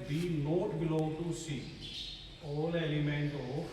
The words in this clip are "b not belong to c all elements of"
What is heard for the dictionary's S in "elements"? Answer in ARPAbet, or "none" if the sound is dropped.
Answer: none